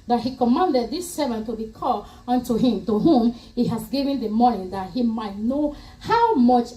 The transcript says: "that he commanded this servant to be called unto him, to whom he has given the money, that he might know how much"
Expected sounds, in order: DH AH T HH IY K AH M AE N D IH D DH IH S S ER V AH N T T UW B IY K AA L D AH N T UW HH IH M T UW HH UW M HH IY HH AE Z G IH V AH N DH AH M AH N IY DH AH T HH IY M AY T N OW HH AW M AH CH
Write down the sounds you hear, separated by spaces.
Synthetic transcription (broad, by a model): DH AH T HH IY K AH M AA N D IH D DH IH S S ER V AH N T T UW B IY K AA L AH N T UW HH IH M T UW HH UW M HH IY HH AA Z G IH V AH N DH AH M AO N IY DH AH T HH IY M AY T N OW HH AW M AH CH